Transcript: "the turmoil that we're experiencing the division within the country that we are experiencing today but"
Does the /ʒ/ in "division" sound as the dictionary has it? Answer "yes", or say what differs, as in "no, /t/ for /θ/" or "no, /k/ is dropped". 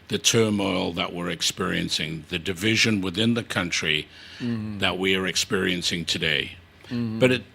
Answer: yes